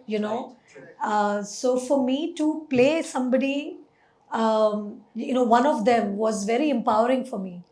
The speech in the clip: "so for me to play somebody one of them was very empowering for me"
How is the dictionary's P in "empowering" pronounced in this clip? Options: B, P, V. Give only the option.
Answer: P